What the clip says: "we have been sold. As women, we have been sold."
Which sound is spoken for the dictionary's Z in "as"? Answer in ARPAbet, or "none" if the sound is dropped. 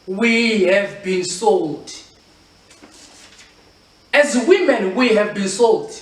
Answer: Z